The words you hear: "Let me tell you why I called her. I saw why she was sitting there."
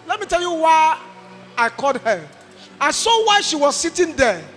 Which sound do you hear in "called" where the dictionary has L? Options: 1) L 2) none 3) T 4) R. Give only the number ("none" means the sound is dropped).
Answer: 2